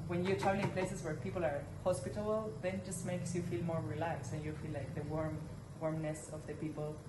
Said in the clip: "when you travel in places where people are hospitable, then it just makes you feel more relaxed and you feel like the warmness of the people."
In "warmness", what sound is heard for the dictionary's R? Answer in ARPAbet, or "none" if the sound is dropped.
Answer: R